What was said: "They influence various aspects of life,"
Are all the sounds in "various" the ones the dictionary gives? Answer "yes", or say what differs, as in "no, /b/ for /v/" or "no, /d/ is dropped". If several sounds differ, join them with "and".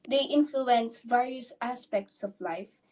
yes